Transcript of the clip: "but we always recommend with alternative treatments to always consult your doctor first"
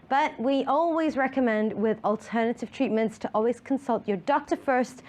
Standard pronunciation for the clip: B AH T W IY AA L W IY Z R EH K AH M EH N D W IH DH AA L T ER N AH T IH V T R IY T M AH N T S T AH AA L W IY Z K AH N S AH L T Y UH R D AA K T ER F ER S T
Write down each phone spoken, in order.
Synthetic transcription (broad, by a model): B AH T W IY AA L W IY Z R EH K AH M EH N D W IH DH AA L T ER N AH T IH V T R IY T M AH N T S T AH AA L W IY Z K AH N S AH L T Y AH R D AA K T ER F ER S T